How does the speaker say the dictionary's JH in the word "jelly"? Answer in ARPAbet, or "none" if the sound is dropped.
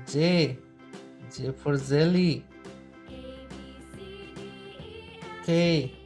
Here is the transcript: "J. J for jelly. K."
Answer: Z